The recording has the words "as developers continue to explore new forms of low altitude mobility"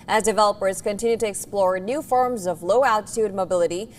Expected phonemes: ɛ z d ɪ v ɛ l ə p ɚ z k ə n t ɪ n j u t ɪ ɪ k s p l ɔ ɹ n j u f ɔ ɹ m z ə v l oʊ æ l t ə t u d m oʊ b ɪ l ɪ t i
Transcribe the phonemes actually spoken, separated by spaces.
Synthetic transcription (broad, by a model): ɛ z d ɪ v ɛ l ə p ɚ z k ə n t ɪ n j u t ɪ ɪ k s p l ɔ ɹ n j u f ɔ ɹ m z ə v l oʊ æ l t ə t u d m oʊ b ɪ l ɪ t i